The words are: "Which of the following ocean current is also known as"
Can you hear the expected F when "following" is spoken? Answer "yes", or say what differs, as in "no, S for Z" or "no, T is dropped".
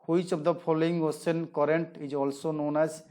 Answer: no, P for F